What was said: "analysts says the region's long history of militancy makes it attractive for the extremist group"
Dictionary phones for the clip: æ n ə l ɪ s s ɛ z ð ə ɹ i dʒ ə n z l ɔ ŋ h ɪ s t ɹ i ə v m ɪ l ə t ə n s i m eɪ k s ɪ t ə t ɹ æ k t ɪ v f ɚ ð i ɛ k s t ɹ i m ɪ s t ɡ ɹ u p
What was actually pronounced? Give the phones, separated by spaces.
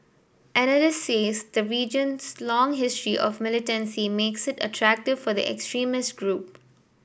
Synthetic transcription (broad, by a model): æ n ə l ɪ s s ɛ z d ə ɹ i dʒ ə n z l ɔ ŋ h ɪ s t ɹ i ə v m ɪ l ə t ə n s i m eɪ k s ɪ t ə t ɹ æ k t ɪ v f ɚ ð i ɛ k s t ɹ i m ɪ s t ɡ ɹ u p